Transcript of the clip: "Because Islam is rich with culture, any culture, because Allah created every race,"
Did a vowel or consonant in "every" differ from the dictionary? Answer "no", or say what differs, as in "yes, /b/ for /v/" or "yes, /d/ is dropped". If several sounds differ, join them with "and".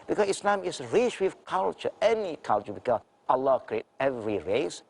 no